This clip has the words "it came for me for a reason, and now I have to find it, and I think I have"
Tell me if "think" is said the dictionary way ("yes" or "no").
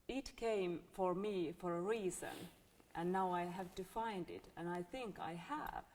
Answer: yes